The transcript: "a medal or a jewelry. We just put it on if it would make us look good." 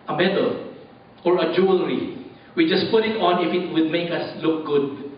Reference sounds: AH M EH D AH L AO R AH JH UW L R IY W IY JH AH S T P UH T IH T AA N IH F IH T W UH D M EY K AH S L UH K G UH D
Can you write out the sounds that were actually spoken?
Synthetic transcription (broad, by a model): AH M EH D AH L AO R AH JH UW L R IY W IY JH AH S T P UH T IH T AA N IH F IH T W UH D M EY K AH S L UH K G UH D